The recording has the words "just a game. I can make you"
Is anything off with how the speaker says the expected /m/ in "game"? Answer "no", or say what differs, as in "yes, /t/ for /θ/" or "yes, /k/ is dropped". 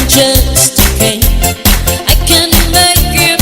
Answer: yes, /m/ is dropped